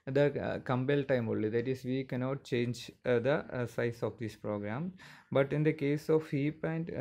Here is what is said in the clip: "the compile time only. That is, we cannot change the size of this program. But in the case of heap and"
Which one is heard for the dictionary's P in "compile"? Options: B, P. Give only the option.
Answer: B